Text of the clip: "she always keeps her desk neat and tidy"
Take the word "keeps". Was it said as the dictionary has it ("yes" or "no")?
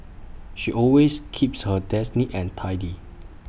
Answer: yes